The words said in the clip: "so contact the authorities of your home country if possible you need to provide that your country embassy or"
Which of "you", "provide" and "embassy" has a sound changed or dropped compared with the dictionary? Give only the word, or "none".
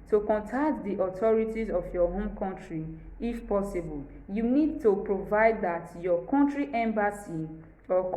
none